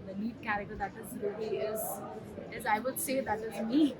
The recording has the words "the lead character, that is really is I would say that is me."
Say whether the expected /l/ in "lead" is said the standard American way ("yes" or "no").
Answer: no